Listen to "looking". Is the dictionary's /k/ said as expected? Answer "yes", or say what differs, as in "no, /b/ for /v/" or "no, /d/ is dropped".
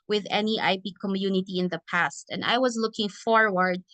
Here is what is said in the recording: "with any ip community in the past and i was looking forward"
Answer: yes